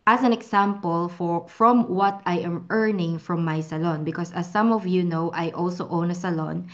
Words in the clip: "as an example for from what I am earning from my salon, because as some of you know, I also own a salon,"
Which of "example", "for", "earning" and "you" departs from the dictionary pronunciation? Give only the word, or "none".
example